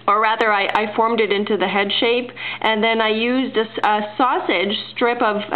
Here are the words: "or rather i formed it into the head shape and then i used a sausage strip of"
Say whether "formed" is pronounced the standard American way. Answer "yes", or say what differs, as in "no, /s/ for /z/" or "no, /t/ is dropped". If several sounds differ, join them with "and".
yes